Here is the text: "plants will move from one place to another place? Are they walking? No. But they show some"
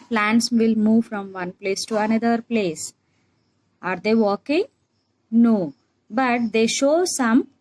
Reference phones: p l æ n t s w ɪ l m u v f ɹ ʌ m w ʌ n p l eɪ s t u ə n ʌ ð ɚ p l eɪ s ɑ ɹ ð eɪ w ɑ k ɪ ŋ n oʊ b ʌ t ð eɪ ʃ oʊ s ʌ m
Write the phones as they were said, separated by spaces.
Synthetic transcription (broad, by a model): p l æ n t s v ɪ l m u v f ɹ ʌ m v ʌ n p l eɪ s t u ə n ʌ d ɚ p l eɪ s ɑ ɹ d eɪ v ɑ k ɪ ŋ n oʊ b ʌ t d eɪ ʃ oʊ s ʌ m